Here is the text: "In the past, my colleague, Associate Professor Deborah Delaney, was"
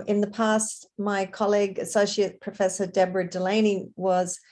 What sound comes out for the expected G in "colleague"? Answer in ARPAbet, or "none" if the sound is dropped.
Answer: G